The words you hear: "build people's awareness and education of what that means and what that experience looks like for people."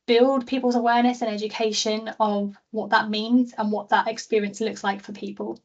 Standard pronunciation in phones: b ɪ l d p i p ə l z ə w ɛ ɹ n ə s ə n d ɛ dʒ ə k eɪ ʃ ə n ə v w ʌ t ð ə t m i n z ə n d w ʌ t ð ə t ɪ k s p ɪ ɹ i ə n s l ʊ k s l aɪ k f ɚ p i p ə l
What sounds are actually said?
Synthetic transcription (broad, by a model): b ɪ l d p i p ə l z ə w ɛ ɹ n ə s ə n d ɛ dʒ ə k eɪ ʃ ə n ə v w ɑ t ð ə t m i n z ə n w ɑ t ð ə t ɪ k s p ɪ ɹ i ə n s l ʊ k s l aɪ k f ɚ p i p ə l